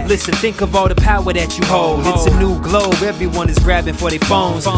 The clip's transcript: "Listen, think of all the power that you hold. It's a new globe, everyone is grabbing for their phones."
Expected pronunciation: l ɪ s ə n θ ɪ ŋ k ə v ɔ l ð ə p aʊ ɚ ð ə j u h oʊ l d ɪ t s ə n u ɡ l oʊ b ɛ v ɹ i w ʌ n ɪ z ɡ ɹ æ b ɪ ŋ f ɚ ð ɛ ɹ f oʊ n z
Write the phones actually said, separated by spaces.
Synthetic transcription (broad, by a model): l ɪ s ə n θ ɪ ŋ k ə v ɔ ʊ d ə p aʊ ɚ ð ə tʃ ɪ h oʊ l d ɪ t s ə n u ɡ l oʊ b ɛ v ɹ i w ʌ n ɪ z ɡ ɹ æ b ɪ ŋ f ɚ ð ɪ f oʊ n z